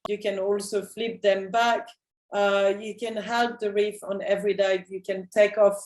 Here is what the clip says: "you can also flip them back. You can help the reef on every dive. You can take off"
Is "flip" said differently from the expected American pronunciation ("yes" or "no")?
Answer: no